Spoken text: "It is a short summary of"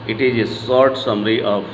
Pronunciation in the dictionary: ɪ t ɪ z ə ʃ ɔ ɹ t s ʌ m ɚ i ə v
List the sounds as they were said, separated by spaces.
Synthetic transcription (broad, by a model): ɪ t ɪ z ə s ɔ ɹ t s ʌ m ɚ i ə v